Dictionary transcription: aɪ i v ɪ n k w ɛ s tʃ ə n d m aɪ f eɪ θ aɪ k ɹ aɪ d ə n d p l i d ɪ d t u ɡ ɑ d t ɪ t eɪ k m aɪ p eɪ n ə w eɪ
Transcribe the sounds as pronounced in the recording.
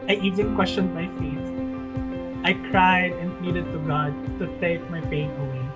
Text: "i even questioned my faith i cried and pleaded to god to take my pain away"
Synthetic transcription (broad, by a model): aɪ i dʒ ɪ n k w ɛ s tʃ ə n d m aɪ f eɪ t aɪ k ɹ aɪ d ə n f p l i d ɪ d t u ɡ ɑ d t ɪ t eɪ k m aɪ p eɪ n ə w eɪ